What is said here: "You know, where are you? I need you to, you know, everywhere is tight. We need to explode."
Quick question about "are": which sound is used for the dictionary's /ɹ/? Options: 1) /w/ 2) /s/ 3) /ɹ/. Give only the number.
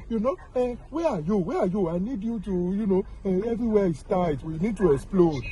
1